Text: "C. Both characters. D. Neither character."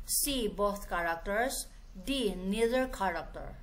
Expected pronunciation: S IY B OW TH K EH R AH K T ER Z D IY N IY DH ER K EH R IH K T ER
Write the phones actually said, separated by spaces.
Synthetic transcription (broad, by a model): S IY B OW T K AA R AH K T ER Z D IY N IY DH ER K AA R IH K T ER